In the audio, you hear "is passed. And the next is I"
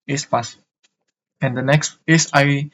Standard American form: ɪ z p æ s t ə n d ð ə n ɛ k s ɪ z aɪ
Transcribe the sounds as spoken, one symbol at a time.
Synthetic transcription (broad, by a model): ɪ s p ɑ s ə n d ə n ɛ k s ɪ s aɪ